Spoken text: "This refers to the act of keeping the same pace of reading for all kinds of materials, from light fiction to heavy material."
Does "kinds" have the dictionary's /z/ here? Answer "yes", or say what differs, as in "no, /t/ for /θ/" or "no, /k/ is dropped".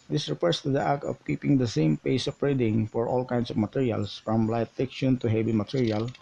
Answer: no, /s/ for /z/